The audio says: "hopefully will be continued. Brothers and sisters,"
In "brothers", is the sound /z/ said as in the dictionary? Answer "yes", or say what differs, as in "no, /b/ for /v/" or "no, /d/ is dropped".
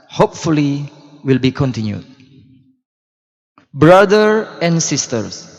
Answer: no, /z/ is dropped